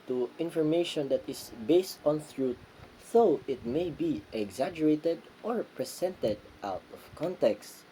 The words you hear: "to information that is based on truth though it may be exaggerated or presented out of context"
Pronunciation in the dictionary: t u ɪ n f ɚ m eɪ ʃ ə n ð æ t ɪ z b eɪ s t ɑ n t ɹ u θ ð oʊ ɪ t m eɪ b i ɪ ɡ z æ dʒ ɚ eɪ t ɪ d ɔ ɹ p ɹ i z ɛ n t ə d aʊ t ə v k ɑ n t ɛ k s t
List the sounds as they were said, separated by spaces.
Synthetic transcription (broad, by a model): t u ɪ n f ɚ m eɪ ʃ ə n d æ t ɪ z b eɪ s t ɑ n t ɹ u t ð oʊ ɪ t m eɪ b i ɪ ɡ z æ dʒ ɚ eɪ t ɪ d ɔ ɹ p ɹ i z ɛ n t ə d aʊ t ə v k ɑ n t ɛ k s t